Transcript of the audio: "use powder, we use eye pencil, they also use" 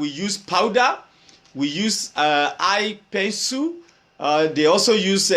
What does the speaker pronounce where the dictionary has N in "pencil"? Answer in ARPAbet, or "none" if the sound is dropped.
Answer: none